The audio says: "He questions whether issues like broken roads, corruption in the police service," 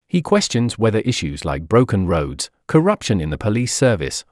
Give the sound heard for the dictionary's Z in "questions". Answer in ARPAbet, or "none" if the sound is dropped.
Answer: Z